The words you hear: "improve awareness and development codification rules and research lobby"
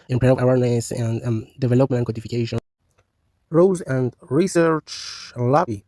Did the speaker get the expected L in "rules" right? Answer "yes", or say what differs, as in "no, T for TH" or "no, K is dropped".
no, L is dropped